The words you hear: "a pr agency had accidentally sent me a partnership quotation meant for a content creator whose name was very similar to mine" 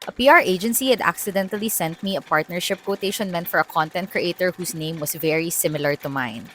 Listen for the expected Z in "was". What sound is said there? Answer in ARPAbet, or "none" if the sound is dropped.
S